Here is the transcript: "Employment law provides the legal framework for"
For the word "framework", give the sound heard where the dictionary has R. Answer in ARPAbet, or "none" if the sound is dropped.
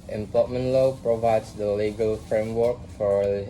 R